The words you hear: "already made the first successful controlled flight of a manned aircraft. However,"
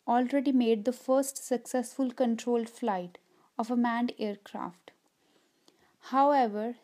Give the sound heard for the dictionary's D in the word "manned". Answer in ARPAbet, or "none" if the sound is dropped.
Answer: D